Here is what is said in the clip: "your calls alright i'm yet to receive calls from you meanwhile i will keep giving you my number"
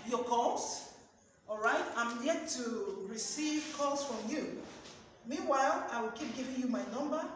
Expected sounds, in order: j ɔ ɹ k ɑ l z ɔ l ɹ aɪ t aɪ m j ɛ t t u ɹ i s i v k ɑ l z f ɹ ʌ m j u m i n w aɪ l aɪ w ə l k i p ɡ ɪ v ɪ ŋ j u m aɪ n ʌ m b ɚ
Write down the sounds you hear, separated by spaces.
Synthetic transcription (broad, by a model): j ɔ k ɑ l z ɔ l ɹ aɪ t aɪ m j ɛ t t u ɹ i s i v k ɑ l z f ɹ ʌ m j u m i n w aɪ l aɪ w ə l k i p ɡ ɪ v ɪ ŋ j u m aɪ n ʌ m b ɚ